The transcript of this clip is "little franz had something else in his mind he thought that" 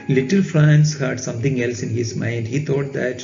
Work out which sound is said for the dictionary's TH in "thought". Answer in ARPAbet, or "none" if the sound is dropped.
T